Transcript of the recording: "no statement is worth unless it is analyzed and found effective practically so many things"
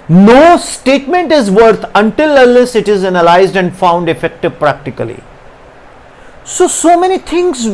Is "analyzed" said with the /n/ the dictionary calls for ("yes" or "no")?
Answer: yes